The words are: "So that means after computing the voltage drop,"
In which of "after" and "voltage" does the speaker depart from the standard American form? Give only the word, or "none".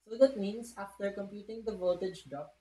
voltage